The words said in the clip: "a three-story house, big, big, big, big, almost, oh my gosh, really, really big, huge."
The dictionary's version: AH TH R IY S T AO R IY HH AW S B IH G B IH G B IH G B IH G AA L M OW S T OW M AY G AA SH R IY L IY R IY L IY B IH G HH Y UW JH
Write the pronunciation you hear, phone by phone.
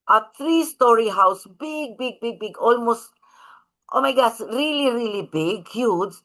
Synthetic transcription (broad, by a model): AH T R IY S T AO R IY HH AW S B IH G B IH G B IH G B IH G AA L M OW S T OW M AY G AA S R IY L IY R IY L IY B IH G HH Y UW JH